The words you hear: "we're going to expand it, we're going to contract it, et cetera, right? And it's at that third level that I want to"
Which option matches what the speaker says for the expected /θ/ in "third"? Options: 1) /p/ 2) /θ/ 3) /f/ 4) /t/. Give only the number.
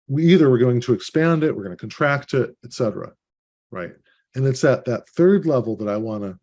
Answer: 2